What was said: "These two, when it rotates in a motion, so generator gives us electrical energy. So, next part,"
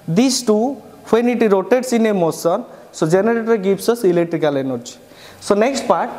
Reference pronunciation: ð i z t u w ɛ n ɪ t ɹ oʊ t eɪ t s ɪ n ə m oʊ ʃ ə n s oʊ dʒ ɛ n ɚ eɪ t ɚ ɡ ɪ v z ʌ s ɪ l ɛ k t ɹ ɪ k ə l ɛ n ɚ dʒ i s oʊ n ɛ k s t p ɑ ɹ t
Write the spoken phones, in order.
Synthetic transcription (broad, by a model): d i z t u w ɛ n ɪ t ɹ oʊ t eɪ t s ɪ n ə m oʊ s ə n s oʊ dʒ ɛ n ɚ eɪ t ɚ ɡ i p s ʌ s ɪ l ɛ k t ɹ ɪ k ə l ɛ n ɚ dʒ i s oʊ n ɛ k s t p ɑ ɹ t